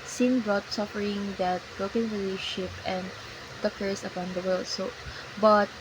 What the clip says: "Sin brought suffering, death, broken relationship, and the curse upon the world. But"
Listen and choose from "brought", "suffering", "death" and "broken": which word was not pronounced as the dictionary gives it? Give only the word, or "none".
death